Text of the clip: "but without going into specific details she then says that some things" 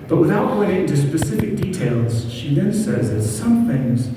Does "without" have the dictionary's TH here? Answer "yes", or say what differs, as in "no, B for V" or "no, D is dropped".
yes